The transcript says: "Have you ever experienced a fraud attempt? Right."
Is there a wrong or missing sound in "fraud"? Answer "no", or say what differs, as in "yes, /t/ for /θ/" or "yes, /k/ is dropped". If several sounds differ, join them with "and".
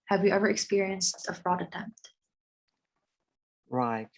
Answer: no